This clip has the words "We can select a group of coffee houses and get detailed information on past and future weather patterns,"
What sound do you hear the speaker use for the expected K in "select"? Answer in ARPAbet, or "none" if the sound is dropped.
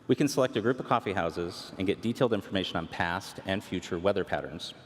K